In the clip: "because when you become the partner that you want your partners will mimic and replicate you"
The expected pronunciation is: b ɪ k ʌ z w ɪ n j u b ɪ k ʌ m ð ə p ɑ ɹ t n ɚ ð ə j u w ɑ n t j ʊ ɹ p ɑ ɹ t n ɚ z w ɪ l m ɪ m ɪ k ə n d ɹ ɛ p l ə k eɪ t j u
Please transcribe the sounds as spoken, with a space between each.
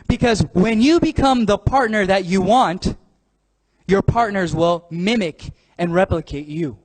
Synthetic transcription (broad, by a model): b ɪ k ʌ z w ɪ n j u b ɪ k ʌ m ð ə p ɑ ɹ t n ɚ ð ə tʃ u w ɑ n t j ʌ ɹ p ɑ ɹ t n ɚ z w ɪ l m ɪ m ɪ k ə n ɹ ɛ p l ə k eɪ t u